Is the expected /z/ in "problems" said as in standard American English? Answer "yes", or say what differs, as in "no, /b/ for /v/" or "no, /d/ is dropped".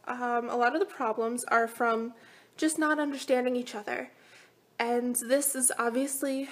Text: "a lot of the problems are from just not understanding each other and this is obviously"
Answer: yes